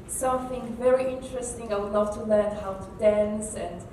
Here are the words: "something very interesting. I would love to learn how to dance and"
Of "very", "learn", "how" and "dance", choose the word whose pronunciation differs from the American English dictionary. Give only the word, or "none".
none